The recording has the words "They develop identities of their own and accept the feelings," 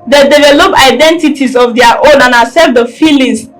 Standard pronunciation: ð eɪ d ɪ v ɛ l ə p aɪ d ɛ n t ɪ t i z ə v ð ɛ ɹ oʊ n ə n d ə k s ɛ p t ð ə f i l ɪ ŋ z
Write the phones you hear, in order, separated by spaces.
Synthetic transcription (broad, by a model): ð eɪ d ɪ v ɛ l ə p aɪ d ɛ n t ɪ t i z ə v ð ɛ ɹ oʊ n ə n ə s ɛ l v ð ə f i l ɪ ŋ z